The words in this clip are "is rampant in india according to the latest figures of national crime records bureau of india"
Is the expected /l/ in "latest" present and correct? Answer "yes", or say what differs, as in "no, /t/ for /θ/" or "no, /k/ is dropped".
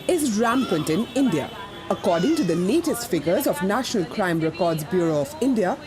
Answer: no, /n/ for /l/